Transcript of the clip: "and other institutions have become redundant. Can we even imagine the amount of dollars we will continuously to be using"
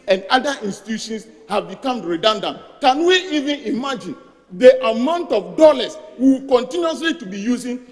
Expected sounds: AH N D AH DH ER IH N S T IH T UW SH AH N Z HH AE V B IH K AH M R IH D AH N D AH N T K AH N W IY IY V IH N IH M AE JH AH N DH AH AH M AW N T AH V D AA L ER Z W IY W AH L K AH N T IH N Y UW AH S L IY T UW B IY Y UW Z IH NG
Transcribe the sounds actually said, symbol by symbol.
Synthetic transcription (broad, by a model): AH N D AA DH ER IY N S T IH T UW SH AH N S HH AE V B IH K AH M R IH D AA N D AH N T K AH N W IY IY V IH N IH M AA JH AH N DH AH AH M AW N T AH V D AA L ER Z W IY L K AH N T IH N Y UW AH S L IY T UW B IY Y UW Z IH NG